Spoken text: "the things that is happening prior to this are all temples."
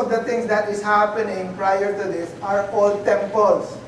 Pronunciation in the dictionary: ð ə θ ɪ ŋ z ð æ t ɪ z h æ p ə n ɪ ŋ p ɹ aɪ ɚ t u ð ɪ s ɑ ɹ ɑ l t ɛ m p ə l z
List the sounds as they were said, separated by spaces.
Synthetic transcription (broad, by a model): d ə t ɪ ŋ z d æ t ɪ z h æ p ə n ɪ ŋ p ɹ aɪ ɚ t u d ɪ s ɑ ɹ ɑ l t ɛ m p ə l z